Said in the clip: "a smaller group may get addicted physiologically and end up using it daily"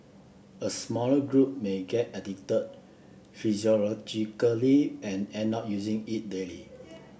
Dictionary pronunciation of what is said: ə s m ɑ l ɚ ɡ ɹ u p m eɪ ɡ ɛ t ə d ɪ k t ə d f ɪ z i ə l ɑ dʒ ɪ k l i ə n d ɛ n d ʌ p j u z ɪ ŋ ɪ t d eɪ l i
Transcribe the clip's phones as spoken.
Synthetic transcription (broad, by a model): ə s m ɑ l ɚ ɡ ɹ u p m eɪ ɡ ɛ t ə d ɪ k t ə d f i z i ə l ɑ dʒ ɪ k l i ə n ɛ n ɔ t j u z ɪ ŋ ɪ t d eɪ l i